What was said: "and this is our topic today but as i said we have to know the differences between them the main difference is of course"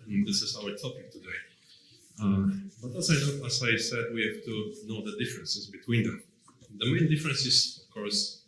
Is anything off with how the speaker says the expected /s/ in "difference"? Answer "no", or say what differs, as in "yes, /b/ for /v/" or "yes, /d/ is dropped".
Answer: no